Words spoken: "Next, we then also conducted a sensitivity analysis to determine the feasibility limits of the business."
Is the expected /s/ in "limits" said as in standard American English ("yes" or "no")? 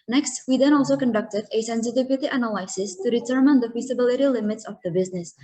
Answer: yes